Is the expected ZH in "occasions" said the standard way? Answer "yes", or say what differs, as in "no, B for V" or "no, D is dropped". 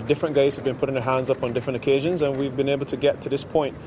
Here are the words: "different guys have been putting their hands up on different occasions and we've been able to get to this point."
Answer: yes